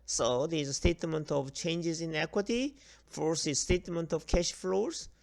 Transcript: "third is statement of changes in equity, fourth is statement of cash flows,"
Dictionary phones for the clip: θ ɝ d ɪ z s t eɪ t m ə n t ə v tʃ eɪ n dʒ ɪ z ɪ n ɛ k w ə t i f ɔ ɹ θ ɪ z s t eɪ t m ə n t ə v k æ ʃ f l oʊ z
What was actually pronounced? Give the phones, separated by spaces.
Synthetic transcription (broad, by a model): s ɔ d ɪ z s t eɪ t m ə n t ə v tʃ eɪ n dʒ ɪ z ɪ n ɛ k w ə t i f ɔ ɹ s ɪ s t eɪ t m ə n t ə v k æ ʃ f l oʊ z